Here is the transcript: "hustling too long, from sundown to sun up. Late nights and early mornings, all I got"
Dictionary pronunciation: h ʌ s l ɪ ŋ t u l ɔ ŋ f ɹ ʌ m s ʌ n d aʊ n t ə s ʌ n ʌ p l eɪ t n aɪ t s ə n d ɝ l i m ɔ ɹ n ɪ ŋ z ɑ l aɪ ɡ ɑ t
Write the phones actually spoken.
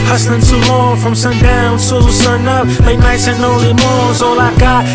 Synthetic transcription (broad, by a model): h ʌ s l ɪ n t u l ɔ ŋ f ɹ ʌ m s ʌ n d aʊ n s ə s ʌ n ʌ p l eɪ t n aɪ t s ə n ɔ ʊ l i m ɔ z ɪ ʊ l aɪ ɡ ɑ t